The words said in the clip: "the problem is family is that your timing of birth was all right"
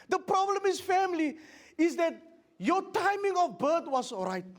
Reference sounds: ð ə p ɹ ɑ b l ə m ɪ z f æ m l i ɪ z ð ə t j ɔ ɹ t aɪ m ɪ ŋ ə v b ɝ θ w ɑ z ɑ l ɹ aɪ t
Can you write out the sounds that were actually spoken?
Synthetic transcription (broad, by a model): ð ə p ɹ ɑ b l ə m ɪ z f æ m l i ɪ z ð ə t j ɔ t aɪ m ɪ ŋ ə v b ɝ t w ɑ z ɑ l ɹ aɪ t